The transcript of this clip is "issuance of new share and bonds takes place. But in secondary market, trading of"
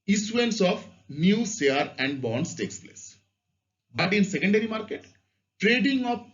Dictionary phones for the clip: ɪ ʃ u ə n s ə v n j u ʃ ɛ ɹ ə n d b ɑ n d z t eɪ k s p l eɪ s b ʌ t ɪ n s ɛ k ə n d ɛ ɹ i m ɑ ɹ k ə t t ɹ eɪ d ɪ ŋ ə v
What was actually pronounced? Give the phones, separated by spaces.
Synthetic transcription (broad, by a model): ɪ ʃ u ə n s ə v n j u s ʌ ɹ ə n d b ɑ n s t eɪ k s p l eɪ s b ʌ t ɪ n s ɛ k ə n d ɛ ɹ i m ɑ ɹ k ə t t ɹ eɪ d ɪ ŋ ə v